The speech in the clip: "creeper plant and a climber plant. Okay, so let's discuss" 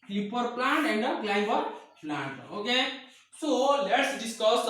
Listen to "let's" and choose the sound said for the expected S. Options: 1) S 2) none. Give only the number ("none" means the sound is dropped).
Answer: 1